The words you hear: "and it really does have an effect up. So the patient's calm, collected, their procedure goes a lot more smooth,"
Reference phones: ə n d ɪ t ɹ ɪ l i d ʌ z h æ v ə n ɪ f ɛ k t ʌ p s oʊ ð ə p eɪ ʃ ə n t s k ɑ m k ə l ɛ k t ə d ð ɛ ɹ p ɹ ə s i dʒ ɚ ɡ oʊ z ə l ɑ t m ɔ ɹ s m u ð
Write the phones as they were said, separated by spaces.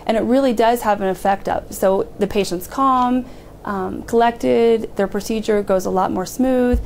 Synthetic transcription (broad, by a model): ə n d ɪ t ɹ ɪ l i d ʌ z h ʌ v ə n ɪ f ɛ k t ʌ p s oʊ ð ə p eɪ ʃ ə n t s k ɑ m k ə l ɛ k t ə d ð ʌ ɹ p ɹ ə s i dʒ ɚ ɡ oʊ z ə l ɑ t m ɔ ɹ s m u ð